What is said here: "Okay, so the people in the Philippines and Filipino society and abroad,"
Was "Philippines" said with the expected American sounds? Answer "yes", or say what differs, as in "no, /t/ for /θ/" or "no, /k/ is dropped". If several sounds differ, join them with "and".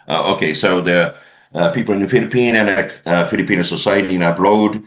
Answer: no, /z/ is dropped